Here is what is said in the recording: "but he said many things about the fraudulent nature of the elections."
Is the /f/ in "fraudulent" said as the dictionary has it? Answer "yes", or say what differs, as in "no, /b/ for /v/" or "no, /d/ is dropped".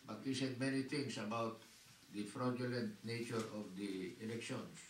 yes